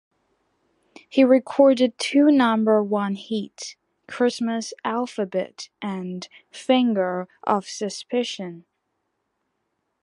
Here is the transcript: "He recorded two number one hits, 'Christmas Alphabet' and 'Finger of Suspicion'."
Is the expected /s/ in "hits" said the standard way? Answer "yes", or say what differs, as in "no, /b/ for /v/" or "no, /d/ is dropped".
no, /s/ is dropped